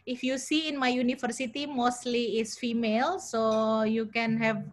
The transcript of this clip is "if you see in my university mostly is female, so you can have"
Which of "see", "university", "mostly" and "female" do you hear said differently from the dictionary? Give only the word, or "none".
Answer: university